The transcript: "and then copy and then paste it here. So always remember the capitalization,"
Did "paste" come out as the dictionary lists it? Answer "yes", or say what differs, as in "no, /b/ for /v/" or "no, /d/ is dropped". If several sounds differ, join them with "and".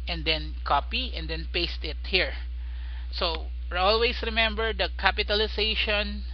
yes